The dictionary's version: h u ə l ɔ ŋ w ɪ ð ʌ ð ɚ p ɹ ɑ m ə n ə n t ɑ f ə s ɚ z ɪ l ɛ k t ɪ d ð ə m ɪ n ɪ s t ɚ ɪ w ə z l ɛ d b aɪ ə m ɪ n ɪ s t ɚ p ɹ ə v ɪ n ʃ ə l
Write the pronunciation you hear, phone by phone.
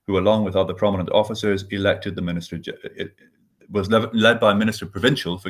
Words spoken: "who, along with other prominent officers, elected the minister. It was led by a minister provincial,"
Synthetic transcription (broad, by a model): h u ə l ɔ ŋ w ɪ ð ʌ ð ɚ p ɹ ɑ m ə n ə n t ɑ f ə s ɚ z ɪ l ɛ k t ɪ d ð ə m ɪ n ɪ s t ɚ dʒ w ə z l ɛ d b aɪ ə m ɪ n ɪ s t ɚ p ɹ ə v ɪ n ʃ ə